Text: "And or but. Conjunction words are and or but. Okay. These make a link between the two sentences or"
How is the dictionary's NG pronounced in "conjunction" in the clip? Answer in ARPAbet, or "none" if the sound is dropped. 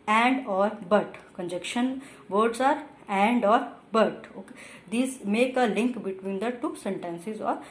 none